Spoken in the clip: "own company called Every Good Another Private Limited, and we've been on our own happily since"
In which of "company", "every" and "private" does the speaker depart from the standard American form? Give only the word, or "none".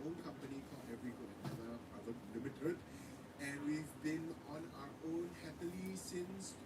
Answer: private